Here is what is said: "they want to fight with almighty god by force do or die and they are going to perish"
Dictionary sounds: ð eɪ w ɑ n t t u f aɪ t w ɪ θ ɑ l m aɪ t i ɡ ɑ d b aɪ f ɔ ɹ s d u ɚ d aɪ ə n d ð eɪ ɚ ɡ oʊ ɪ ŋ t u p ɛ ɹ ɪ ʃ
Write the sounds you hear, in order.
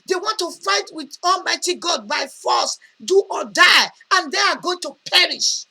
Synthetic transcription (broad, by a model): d eɪ w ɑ n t t u f aɪ t w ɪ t ɑ l m aɪ t i ɡ ɑ d b aɪ f ɔ s d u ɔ d aɪ ə n d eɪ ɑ ɡ oʊ ɪ ŋ t u p ɛ ɹ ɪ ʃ